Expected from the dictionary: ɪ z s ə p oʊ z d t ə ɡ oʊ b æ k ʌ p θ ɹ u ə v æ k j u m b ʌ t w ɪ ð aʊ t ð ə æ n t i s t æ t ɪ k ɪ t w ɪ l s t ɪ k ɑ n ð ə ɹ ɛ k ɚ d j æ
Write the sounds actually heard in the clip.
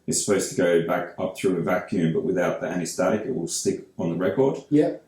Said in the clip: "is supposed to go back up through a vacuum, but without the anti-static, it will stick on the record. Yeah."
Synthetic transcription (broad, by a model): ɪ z s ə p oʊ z t ə ɡ oʊ b æ k ʌ p θ ɹ u ə v æ k j u m b ʌ t w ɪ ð aʊ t ð ə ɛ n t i s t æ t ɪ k ɪ t w ɪ l s t ɪ k n ð ə ɹ ɛ k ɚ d j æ